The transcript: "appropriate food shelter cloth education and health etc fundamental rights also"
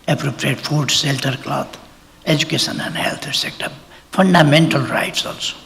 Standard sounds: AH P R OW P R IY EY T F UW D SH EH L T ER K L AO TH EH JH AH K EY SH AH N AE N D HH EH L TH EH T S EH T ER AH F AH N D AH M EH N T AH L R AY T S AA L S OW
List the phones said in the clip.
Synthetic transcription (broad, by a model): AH P R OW P R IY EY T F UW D S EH L T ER K L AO T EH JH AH K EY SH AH N AE N D HH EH L T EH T S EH T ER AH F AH N D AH M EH N T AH L R AY T S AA L S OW